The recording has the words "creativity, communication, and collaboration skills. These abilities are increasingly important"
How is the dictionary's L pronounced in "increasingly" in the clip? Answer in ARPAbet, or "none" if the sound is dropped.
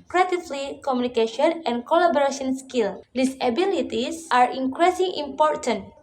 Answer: none